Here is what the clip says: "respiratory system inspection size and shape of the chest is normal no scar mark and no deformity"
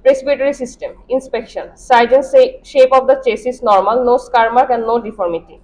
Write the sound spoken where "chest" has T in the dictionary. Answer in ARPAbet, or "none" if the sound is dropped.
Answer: none